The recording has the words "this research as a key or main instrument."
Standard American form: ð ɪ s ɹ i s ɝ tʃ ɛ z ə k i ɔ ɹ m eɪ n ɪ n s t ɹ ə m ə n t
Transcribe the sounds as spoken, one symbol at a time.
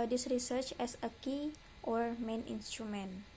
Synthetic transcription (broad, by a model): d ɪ s ɹ i s ɝ tʃ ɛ s ə k i ɔ ɹ m eɪ n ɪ n s t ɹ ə m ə n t